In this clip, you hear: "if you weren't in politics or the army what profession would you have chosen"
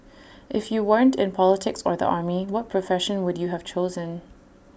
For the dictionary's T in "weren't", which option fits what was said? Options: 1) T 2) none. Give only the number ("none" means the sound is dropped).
1